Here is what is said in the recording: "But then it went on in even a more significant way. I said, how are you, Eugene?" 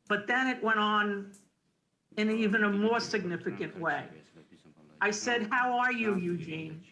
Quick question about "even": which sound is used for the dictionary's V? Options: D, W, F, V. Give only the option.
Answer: V